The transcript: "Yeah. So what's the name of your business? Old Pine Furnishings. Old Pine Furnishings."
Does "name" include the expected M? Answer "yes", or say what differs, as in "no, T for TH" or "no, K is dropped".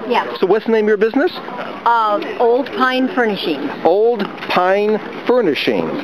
no, M is dropped